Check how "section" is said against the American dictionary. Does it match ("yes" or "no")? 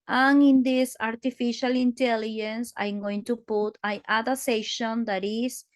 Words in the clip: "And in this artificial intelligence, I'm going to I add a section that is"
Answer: no